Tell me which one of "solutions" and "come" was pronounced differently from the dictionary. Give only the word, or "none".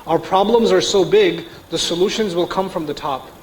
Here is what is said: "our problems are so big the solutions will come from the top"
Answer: none